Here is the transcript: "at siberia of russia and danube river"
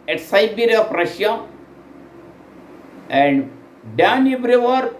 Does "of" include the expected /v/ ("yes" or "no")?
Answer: no